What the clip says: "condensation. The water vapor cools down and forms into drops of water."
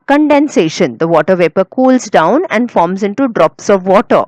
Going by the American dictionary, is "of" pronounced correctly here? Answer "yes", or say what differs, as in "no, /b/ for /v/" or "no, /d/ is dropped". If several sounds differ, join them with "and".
yes